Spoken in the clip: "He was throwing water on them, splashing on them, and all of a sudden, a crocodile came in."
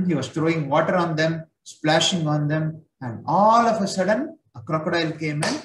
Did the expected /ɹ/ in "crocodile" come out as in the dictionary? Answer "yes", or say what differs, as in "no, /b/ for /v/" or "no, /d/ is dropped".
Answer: yes